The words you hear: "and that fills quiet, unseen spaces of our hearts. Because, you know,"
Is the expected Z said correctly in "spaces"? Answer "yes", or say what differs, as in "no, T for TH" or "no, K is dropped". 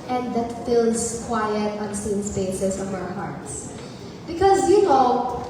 no, S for Z